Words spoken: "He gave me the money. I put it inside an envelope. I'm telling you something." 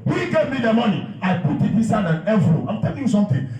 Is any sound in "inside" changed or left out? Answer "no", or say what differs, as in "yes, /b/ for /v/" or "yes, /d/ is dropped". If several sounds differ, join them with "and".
yes, /n/ is dropped